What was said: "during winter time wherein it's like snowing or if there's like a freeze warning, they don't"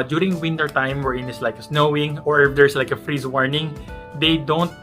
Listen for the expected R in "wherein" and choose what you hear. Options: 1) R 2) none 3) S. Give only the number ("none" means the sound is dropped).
1